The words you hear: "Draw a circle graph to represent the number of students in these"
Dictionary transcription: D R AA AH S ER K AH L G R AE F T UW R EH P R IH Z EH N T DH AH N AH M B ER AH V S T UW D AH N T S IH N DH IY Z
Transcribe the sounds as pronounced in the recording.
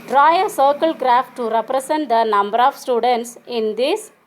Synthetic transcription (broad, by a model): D R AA AH S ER K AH L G R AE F T UW R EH P R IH S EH N T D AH N AH M B ER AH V S T UW D AH N T S IH N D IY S